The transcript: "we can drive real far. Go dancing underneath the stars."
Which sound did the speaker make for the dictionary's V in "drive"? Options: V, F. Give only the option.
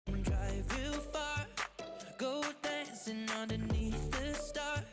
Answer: V